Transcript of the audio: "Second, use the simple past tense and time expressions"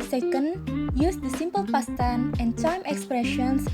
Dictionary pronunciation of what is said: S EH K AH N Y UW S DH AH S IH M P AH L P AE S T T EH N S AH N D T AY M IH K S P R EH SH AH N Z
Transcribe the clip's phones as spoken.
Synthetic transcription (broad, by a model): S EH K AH N Y UW S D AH S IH M P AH L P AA S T T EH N AH N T AY M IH K S P R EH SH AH N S